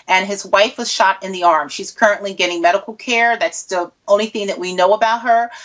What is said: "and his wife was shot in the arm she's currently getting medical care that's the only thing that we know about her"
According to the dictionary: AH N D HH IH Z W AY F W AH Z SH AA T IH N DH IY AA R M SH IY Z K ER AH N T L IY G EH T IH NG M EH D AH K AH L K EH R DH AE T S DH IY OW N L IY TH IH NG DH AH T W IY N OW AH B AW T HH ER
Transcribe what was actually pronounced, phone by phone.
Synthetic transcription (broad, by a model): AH N IH Z W AY F W AH Z SH AA T IH N DH IY AA R M SH IY Z K ER AH N T L IY G EH T IH NG M EH D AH K L K EH R DH AE T S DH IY OW N L IY TH IH NG DH AH T W IY N OW AH B AW T HH ER